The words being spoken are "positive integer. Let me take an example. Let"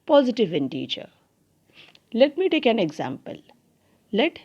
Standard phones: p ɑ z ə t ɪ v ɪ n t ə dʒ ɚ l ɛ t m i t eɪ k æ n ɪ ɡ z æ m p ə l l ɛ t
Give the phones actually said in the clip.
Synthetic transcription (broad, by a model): p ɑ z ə t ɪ v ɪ n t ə tʃ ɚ l ɛ t m i t eɪ k æ n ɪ ɡ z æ m p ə l l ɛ t